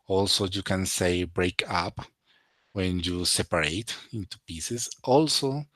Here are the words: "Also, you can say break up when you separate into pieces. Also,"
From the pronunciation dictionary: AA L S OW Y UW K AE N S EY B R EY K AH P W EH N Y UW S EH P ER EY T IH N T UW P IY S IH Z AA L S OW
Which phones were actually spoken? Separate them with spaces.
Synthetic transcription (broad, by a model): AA L S OW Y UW K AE N S EY B R EY K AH P W EH N Y UW S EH P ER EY T IH N T UW P IY S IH S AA L S OW